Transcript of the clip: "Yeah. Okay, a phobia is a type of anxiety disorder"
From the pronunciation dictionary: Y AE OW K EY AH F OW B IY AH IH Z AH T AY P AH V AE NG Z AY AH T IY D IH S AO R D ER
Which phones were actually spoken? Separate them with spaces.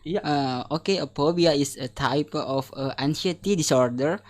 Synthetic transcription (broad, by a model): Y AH OW K EY AH P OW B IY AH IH S AH T AY P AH F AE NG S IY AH T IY D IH S AO R D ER